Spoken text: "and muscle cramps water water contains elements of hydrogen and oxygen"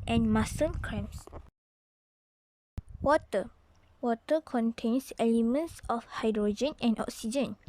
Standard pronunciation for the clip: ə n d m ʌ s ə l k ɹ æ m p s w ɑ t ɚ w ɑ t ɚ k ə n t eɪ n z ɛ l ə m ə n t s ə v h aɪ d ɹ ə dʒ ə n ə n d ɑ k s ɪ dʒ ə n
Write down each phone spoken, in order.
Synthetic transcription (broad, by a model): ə n m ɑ s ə n k ɹ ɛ m s w ɑ t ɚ w ɑ t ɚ k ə n t eɪ n s ɛ l ə m ə n t s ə f h aɪ d ɹ ə dʒ ə n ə n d ɑ k s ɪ dʒ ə n